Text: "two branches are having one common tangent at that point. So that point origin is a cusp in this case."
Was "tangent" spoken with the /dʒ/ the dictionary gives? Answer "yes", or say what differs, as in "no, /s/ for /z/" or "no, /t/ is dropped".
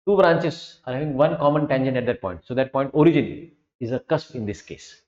no, /ʃ/ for /dʒ/